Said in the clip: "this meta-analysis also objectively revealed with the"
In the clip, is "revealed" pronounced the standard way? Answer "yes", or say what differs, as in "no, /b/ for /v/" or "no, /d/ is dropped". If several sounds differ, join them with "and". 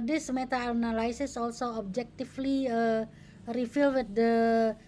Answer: no, /f/ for /v/